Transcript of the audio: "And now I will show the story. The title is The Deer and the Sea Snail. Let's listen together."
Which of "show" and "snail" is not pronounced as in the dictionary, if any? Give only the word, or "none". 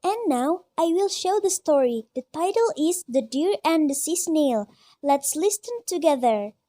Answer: none